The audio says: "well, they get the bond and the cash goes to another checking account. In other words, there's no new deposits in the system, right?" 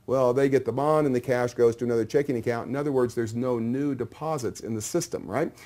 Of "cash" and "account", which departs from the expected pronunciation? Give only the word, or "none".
none